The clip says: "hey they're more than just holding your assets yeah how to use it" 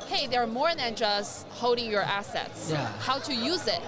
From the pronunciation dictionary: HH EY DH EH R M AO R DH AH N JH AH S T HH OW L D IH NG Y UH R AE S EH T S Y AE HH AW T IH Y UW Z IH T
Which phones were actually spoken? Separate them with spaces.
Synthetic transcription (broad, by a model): HH EY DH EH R M AO R DH AH N JH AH S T HH OW D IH NG Y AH R AE S EH T S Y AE HH AW T IH Y UW Z IH T